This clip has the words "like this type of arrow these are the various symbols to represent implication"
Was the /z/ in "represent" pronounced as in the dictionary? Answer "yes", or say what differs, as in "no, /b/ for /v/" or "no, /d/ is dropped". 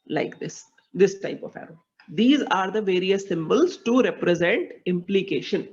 yes